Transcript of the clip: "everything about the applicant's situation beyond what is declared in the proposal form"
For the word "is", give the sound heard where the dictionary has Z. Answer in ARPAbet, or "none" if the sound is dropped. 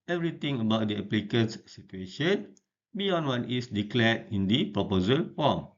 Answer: S